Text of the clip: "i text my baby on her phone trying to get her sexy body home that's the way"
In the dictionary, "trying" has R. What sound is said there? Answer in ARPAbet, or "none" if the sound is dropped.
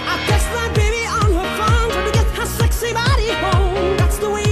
none